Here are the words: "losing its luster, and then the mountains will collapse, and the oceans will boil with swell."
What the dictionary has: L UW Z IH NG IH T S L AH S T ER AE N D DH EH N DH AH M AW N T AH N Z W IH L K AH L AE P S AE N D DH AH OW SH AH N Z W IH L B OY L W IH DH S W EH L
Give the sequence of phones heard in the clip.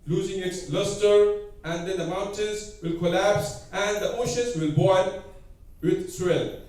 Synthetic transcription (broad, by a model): L UW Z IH NG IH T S L AH S T ER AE N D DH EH N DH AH M AW N T AH N Z W IH L K AH L AE P S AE N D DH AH OW SH AH N Z W IH L B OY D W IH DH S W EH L